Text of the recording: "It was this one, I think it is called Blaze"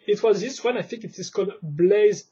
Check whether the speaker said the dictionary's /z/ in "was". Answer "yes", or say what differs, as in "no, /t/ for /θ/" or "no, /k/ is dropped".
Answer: yes